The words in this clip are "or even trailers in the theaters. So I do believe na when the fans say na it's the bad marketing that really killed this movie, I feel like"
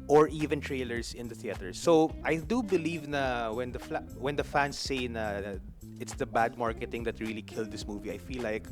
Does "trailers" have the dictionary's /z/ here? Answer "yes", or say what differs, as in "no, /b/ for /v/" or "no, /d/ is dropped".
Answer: no, /s/ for /z/